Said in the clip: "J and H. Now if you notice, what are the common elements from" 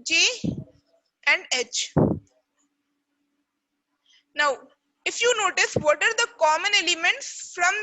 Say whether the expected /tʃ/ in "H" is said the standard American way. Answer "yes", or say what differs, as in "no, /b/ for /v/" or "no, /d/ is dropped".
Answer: yes